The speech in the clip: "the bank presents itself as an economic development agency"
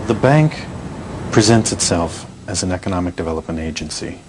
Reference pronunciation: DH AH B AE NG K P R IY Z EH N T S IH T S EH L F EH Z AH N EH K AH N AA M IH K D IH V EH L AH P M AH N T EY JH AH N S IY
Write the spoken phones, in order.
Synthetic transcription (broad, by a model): DH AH B AE NG K P R IY Z EH N T S IH T S EH L F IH Z N EH K AH N AA M IH K D IH V EH L AH P M AH N T EY JH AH N S IY